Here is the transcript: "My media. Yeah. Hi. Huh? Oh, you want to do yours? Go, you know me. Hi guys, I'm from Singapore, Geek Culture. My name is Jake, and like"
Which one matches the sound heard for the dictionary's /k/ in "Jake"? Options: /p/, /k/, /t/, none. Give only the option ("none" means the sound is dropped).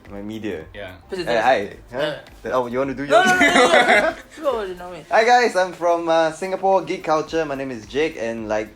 /k/